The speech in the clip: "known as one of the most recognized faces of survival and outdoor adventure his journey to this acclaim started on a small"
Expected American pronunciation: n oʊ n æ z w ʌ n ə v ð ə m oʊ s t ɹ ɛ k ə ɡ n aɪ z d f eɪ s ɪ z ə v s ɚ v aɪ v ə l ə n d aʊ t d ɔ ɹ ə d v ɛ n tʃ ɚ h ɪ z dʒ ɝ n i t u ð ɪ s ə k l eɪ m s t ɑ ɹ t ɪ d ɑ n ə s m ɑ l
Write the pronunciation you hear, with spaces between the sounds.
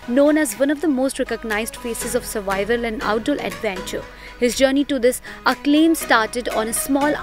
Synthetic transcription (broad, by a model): n oʊ n æ z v ʌ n ə v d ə m oʊ s t ɹ ɛ k ə ɡ n aɪ z d f eɪ s ɪ z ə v s ɚ v aɪ v ə l ə n d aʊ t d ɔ l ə d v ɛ n tʃ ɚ h ɪ z dʒ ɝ n i t u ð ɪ s ə k l eɪ m s t ɑ ɹ t ɪ d ɑ n ə s m ɑ l